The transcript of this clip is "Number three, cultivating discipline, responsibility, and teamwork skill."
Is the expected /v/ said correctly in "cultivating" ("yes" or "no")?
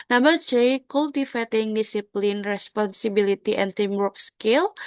no